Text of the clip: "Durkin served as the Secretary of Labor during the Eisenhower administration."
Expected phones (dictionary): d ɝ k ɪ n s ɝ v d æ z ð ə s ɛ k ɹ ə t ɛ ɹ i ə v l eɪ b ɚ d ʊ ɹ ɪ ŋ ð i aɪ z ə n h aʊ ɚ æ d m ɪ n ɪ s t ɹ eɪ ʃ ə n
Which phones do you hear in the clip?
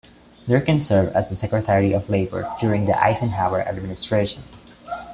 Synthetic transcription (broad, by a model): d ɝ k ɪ n s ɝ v æ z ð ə s ɛ k ɹ ə t ɛ ɹ i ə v l eɪ b ɚ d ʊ ɹ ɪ ŋ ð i aɪ s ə n h aʊ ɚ æ d m ɪ n ɪ s t ɹ eɪ ʃ ə n